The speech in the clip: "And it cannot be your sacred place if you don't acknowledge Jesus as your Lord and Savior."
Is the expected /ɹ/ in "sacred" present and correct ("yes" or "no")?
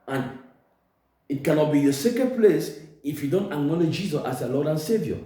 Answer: no